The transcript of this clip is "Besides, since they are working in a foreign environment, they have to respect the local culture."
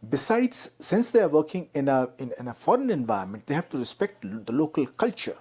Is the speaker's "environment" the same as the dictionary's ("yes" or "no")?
no